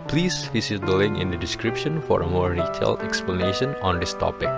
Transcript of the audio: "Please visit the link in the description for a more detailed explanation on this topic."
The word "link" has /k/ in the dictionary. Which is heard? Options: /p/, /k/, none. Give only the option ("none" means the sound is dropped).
none